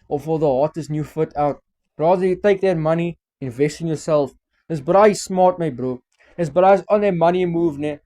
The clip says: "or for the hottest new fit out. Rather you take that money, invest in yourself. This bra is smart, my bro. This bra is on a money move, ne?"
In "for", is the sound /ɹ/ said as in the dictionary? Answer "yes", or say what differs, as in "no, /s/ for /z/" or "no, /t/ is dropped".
no, /l/ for /ɹ/